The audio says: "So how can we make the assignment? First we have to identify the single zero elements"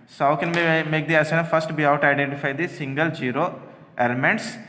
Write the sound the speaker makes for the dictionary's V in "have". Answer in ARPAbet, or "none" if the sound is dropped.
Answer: W